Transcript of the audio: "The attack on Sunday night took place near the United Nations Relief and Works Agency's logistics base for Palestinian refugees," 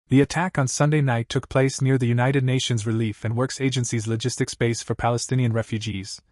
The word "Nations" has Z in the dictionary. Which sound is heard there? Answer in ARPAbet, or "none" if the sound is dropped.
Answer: Z